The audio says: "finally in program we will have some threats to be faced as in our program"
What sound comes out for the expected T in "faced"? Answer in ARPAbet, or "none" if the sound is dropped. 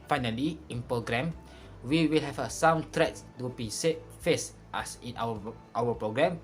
T